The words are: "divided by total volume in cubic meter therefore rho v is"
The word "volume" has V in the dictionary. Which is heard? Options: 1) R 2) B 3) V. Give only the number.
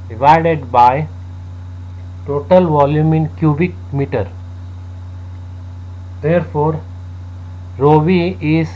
3